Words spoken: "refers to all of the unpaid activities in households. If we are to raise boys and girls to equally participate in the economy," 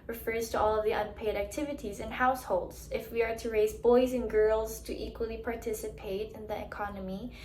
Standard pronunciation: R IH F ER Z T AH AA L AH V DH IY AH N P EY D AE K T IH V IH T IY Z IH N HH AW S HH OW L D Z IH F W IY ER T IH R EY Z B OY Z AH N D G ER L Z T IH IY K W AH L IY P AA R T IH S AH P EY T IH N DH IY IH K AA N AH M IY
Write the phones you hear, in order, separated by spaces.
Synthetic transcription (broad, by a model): R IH F ER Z T AH AA L AH V DH IY AH N P EY D AE K T IH V IH T IY Z IH N HH AW S HH OW L D Z IH F W IY ER T IH R EY Z B OY Z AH N G ER L Z T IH IY K W AH L IY P AA R T IH S AH P EY T IH N DH IY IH K AA N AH M IY